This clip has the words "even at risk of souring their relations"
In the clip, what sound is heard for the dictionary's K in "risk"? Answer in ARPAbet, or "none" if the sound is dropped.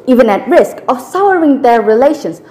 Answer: K